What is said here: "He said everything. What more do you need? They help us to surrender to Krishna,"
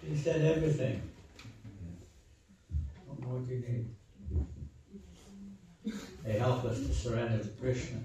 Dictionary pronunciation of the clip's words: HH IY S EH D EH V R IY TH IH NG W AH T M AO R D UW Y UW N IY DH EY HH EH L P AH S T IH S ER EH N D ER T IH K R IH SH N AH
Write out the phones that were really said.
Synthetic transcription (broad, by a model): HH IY S EH D EH V R IY TH IH NG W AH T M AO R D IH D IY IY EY HH EH L P AH S T IH S ER EH N D ER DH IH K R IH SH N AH